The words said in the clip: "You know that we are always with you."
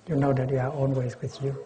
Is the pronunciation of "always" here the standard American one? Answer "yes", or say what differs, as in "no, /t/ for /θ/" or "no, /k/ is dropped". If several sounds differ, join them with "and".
no, /n/ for /l/